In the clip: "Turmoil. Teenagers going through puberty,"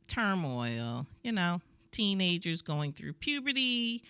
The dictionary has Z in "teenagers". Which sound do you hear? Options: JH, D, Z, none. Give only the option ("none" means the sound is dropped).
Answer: Z